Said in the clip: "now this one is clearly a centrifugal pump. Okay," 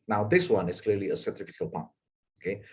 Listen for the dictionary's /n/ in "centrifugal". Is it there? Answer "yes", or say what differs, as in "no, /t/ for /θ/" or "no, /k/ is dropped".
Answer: no, /n/ is dropped